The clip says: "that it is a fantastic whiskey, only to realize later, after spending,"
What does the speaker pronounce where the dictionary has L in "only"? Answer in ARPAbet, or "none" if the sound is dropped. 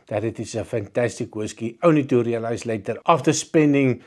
none